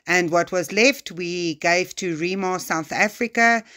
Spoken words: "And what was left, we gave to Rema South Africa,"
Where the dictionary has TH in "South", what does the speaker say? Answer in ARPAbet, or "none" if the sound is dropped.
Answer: TH